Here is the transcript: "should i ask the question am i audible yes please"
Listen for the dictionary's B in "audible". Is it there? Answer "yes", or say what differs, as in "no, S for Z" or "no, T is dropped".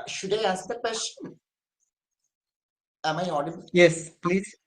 no, B is dropped